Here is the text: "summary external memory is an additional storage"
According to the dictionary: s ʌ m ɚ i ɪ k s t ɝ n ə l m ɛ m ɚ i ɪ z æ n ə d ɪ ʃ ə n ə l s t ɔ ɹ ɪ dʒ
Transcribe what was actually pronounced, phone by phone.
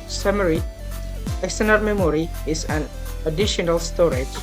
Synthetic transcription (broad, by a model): s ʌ m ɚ i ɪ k s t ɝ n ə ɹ m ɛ m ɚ i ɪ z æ n ə d ɪ ʃ ə n ə l s t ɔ ɹ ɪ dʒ